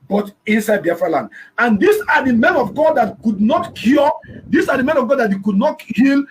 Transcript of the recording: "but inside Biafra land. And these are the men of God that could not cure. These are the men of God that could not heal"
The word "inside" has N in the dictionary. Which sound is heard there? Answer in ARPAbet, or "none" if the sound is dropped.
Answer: N